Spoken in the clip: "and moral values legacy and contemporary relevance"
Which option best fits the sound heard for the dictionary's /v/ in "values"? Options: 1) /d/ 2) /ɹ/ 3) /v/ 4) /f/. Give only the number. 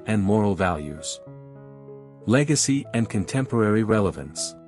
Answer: 3